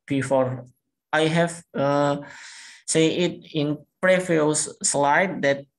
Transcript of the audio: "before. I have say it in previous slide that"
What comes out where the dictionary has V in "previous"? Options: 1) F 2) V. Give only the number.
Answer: 1